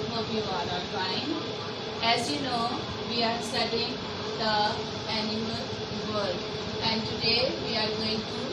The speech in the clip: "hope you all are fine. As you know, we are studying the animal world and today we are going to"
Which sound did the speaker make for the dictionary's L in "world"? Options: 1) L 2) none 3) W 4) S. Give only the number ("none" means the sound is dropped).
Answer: 2